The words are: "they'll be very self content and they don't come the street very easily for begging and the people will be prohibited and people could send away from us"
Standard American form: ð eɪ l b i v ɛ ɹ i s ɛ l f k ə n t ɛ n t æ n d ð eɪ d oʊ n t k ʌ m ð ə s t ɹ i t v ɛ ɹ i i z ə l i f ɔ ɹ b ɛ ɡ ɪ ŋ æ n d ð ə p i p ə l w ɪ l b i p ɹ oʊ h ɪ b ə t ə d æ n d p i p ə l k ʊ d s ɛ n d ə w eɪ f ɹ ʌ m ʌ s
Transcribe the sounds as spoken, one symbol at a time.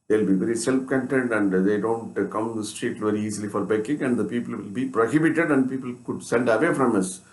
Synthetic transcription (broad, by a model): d eɪ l b i v ɛ ɹ i s ɛ l f k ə n t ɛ n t æ n d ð eɪ d oʊ n t k ʌ m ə s t ɹ i t v ɛ ɹ i i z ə l i f ɔ ɹ b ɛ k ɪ ŋ æ n d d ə p i p ə l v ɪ l b i p ɹ oʊ h ɪ b ə t ə d æ n d p i p ə l k ʊ d s ɛ n d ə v eɪ f ɹ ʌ m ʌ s